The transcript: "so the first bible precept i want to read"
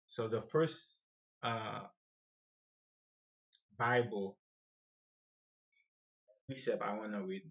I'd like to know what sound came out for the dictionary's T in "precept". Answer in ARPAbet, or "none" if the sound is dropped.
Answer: none